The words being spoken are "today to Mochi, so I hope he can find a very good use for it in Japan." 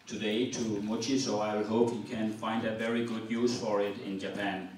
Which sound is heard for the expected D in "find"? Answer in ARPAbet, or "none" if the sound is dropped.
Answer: D